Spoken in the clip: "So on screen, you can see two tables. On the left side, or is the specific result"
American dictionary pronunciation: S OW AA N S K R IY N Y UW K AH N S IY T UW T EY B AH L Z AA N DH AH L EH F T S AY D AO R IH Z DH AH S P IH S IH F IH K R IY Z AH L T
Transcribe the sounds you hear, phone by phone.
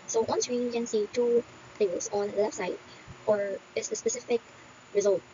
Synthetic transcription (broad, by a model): S OW AA N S R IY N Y K AH N S IY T UW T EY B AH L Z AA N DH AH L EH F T S AY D AO R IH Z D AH S P IH S IH F IH K R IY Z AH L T